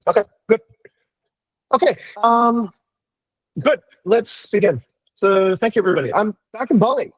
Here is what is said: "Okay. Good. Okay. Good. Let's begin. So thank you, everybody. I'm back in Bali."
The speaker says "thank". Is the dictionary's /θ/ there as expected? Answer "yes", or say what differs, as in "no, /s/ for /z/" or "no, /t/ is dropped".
yes